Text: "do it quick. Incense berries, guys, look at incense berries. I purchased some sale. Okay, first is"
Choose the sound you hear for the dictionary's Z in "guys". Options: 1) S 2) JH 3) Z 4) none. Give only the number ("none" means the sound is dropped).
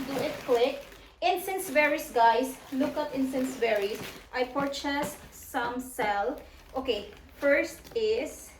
1